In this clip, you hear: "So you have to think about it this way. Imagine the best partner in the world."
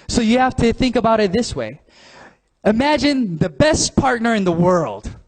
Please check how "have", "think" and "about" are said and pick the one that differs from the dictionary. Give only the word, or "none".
have